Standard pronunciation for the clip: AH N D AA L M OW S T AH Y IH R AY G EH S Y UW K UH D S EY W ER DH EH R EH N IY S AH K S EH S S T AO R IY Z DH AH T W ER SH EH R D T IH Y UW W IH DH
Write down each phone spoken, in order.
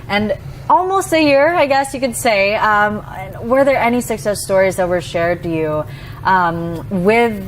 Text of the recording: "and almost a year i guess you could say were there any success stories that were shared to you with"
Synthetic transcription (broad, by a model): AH N AA L M OW S T AH Y IH R AY G EH S Y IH K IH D S EY W ER DH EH R EH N IY S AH K S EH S S T AO R IY Z DH AH T W ER SH EH R D T IH Y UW W IH DH